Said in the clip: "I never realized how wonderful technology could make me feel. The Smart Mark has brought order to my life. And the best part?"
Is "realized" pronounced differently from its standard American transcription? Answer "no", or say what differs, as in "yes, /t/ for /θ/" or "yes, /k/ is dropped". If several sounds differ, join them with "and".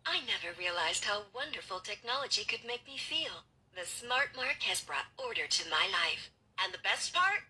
no